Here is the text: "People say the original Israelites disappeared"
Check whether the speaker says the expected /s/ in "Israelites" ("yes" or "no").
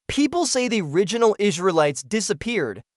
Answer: yes